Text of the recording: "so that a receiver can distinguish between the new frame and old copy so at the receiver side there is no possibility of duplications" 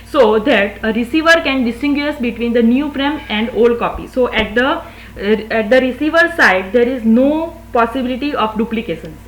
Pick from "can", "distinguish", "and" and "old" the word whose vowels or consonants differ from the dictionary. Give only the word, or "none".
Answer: distinguish